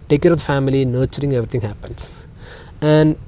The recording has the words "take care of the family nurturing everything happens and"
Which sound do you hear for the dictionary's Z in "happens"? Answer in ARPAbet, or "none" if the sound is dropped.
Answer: S